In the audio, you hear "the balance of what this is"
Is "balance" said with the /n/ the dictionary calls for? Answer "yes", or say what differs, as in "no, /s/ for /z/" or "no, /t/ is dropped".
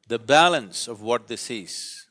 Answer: yes